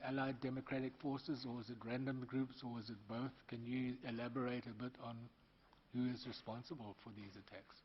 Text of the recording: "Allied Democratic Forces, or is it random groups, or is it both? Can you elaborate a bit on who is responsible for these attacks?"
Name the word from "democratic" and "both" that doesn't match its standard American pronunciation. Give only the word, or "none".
none